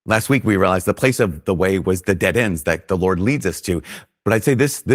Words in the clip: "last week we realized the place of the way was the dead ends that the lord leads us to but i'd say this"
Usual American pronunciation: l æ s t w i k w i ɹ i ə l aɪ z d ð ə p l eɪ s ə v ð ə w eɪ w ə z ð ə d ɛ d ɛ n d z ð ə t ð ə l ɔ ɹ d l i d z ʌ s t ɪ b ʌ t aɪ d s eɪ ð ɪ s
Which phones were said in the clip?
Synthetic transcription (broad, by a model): l æ s t w i k w i ɹ i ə l aɪ z ð ə p l eɪ s ə v ð ə w eɪ w ə z ð ə d ɛ d ɛ n d z ð ə t ð ə l ɔ ɹ d l i d z ʌ s t ɪ b ʌ t aɪ d s eɪ ð ɪ s